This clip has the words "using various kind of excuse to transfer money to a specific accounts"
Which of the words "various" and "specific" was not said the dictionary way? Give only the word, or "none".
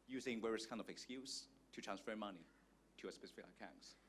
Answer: various